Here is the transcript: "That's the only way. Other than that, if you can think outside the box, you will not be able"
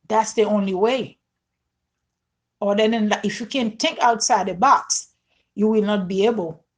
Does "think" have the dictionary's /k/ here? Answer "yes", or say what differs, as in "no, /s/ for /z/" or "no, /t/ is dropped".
yes